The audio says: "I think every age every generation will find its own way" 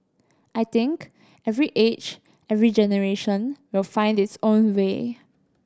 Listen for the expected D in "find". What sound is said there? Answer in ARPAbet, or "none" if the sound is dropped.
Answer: D